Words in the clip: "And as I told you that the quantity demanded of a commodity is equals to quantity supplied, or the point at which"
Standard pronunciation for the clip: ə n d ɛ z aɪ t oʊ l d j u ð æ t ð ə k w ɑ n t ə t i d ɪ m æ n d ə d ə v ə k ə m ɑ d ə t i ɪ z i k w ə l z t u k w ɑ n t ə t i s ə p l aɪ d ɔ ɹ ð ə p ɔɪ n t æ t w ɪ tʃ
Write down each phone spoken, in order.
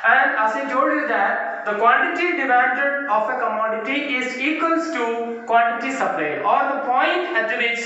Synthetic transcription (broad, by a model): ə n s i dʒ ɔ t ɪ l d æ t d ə k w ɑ n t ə t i d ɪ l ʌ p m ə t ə f ə k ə m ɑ d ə t i ɪ z i k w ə l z t u k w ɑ n t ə t i s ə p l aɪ ɔ ɹ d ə p ɔɪ n t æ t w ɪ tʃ